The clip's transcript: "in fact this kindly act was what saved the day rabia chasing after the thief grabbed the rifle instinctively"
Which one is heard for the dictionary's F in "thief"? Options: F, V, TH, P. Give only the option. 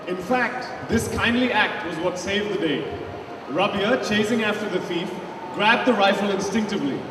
F